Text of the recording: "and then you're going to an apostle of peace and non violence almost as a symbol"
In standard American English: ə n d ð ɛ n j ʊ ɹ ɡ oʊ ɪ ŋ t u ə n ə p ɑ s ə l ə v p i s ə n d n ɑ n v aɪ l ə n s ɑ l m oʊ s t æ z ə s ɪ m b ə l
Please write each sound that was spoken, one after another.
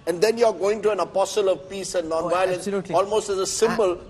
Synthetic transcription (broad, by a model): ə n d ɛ n j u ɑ ɡ oʊ ɪ ŋ t u ə n ə p ɑ s ə l ə v p i s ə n n ɑ n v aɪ l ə n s ɑ l m oʊ s t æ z ə s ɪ m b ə l